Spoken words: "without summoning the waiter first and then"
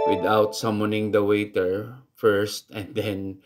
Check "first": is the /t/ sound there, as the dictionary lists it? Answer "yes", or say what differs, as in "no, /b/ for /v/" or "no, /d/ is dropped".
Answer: yes